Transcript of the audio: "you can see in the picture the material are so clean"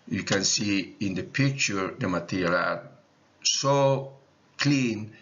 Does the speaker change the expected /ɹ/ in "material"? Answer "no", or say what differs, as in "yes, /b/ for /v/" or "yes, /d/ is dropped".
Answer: yes, /l/ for /ɹ/